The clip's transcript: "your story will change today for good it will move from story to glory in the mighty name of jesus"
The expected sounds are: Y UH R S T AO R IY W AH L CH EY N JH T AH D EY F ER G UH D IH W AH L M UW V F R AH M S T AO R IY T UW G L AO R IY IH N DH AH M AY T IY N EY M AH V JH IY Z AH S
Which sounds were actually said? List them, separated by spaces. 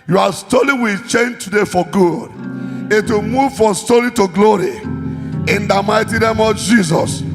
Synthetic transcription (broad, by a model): Y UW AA S T AO L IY W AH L CH EY N JH T AH D EY F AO G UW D IH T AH M UW V F R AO M S T AO L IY T UW G L AO R IY IH N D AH M AY T IY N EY M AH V JH IY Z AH S